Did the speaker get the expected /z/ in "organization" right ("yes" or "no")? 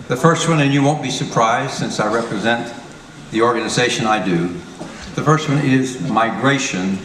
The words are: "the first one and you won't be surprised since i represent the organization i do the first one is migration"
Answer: yes